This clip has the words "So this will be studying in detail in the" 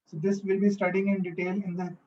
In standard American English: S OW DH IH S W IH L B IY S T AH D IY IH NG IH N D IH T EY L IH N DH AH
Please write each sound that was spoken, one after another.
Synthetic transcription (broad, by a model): S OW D IH S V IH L B IY S T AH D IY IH NG IH N D IH T EY L IH N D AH